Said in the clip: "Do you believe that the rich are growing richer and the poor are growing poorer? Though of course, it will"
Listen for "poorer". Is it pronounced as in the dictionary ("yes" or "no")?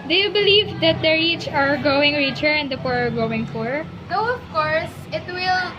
no